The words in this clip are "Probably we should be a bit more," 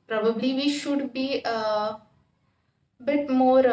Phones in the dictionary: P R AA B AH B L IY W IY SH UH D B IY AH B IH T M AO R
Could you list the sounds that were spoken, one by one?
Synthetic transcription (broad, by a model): P R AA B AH B L IY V IY SH UH D B IY AH B IH T M AO R